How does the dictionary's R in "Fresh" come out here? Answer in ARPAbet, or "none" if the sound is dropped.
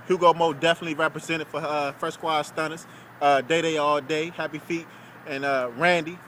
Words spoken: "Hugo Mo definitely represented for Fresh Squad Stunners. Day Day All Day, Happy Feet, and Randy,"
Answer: none